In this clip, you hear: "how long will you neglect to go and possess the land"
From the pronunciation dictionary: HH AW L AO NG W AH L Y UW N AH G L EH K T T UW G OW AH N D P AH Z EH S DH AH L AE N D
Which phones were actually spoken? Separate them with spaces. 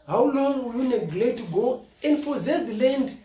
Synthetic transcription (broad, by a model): HH AW L AO NG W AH Y UW N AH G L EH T T UW G OW AH N D P AH Z EH S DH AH L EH N D